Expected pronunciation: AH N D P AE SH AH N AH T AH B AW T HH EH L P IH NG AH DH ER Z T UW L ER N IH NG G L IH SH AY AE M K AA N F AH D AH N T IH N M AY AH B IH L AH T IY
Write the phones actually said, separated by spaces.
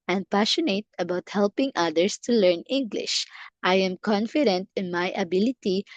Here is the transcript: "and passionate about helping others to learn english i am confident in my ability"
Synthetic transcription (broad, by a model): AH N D P AE SH AH N AH T AH B AW T HH EH L P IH NG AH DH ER S T UW L ER N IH NG G L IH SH AY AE M K AA N F AH D AH N T IH N M AY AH B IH L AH T IY